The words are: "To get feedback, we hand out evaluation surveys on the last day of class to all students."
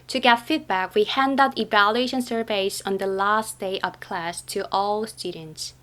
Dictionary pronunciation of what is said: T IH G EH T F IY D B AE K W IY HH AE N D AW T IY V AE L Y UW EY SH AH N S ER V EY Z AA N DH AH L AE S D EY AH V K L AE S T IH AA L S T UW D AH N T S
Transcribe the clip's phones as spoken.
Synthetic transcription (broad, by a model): T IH G EH T F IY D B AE K W IY HH AE N D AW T IY V AE L Y UW EY SH AH N S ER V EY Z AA N DH AH L AE S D EY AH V K L AE S T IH AA L S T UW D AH N T S